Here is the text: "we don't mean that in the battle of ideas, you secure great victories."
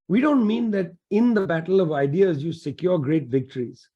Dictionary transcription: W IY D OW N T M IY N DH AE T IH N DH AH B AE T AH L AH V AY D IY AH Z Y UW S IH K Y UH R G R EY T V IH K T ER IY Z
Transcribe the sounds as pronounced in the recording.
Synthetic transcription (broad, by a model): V IY D OW N T M IY N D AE T IH N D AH B AE T AH L AH V AY D IY AH Z Y UW S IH K Y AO R G R EY T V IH K T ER IY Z